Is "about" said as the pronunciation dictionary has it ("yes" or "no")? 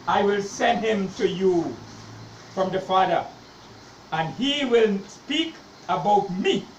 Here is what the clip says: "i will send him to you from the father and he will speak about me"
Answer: yes